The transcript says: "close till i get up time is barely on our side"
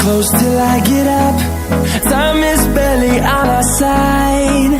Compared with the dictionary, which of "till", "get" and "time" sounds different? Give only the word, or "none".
time